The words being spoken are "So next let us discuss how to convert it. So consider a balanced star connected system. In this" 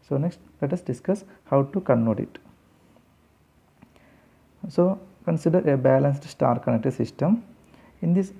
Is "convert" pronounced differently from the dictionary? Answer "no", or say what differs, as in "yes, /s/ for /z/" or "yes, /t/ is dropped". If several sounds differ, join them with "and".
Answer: yes, /v/ is dropped